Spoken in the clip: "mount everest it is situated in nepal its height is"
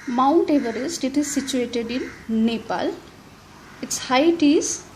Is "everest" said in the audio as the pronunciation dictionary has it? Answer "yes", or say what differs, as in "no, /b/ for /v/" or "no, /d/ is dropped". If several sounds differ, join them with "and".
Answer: yes